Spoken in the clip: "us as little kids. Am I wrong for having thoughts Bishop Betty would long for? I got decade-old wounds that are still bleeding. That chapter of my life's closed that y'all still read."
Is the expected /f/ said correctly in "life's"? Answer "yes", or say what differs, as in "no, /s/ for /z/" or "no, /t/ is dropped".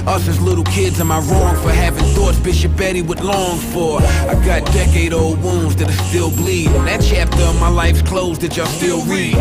yes